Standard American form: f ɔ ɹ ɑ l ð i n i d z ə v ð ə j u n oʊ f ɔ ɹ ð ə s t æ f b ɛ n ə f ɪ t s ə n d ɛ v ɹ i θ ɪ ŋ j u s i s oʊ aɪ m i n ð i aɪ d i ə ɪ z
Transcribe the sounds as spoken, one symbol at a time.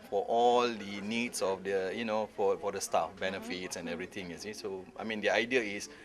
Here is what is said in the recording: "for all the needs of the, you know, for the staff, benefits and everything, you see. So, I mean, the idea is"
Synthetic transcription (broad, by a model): f ɔ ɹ ɑ l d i n i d s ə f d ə j u n oʊ f ɔ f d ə s t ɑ f b ɛ n ə f ɪ t s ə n ɛ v ɹ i t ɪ ŋ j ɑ s i s oʊ aɪ m i n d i aɪ d i ə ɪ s